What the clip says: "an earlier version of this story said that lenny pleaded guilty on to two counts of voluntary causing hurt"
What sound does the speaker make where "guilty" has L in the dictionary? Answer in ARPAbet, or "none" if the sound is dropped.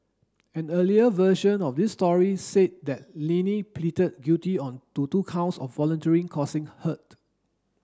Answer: none